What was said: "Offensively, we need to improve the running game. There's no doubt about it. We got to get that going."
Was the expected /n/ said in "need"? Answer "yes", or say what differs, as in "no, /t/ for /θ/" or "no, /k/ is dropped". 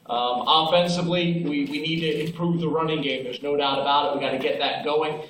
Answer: yes